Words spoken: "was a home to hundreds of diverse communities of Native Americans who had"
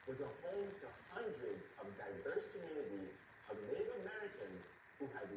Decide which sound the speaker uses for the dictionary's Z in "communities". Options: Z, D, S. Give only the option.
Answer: Z